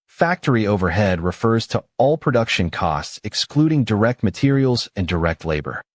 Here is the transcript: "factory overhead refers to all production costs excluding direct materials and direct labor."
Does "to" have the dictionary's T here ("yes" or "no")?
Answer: yes